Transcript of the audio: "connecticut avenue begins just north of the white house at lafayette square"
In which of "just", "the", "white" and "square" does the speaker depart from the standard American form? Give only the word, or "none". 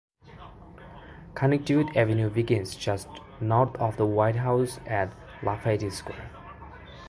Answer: square